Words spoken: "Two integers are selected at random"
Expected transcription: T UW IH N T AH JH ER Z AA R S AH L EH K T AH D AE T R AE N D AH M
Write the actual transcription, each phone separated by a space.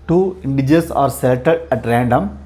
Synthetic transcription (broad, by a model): T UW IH N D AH JH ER S AA R S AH EH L T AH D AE T R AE N D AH M